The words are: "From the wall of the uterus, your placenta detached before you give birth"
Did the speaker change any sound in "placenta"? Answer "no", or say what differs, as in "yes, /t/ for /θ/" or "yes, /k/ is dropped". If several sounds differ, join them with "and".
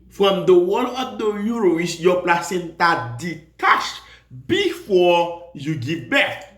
no